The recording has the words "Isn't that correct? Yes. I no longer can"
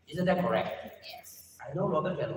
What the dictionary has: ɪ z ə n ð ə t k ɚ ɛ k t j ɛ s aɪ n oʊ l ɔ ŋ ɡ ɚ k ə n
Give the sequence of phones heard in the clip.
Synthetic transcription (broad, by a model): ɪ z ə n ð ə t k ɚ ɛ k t j ɛ s aɪ n oʊ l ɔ ɡ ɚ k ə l